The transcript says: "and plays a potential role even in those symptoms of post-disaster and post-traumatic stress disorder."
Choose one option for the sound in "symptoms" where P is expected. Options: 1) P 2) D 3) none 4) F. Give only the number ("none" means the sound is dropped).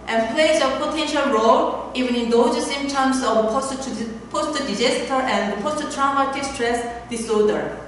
3